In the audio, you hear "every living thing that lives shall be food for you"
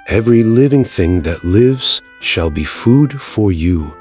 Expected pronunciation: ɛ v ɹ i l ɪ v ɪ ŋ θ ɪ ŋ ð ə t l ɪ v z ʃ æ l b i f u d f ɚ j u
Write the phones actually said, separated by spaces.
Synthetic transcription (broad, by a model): ɛ v ɹ i l ɪ v ɪ ŋ θ ɪ ŋ ð ə t l ɪ v z ʃ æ l b i f u d f ɚ j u